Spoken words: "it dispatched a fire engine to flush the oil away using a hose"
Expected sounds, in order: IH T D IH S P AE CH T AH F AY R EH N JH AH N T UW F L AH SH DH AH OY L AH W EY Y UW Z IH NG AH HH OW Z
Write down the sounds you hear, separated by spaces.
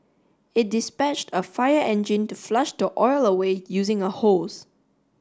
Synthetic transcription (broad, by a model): IH T D IH S P AE CH T AH F AY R EH N JH AH N T UW F L AH SH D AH OY L AH W EY Y UW Z IH NG AH HH OW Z